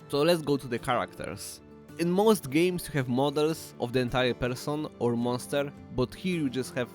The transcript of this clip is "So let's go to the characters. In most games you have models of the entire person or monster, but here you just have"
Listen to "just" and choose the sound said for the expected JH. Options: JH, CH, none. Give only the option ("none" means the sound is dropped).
JH